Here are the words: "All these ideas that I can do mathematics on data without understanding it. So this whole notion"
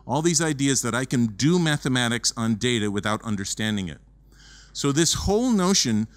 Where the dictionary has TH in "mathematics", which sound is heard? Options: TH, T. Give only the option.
TH